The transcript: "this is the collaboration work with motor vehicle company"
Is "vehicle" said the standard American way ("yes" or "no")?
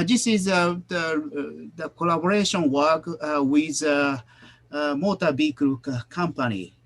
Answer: no